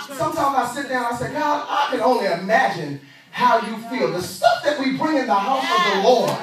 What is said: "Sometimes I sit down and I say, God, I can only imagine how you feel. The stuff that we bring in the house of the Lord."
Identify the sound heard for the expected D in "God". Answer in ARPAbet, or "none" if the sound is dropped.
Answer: none